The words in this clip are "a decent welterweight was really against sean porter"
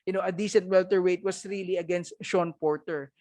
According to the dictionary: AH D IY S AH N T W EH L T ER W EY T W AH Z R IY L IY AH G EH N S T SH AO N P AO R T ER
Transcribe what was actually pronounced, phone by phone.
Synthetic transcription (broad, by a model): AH D IY S AH N T W EH L T ER W EY T W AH S R IY L IY AH G EH N S T SH AO N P AO R T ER